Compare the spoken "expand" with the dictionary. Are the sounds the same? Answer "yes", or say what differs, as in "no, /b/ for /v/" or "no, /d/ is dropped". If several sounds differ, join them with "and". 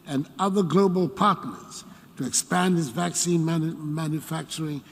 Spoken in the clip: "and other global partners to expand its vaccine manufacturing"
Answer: yes